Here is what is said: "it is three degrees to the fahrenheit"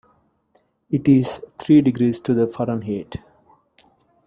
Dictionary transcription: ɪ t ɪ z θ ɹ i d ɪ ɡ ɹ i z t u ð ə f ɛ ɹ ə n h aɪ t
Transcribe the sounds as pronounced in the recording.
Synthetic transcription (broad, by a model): ɪ t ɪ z t ɹ i d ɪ ɡ ɹ i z t u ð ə f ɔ ɹ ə n h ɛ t